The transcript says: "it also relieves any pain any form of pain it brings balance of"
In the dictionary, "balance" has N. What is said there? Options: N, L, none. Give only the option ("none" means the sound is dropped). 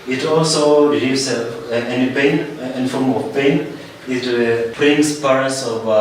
none